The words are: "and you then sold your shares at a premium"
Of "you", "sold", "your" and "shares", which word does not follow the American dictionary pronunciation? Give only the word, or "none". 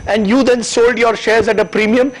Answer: none